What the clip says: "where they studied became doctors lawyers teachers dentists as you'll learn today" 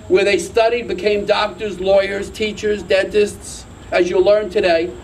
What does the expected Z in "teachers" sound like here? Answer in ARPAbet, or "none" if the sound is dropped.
Z